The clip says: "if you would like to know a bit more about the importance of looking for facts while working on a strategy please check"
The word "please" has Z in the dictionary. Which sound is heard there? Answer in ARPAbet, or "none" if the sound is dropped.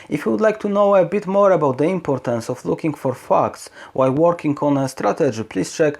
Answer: S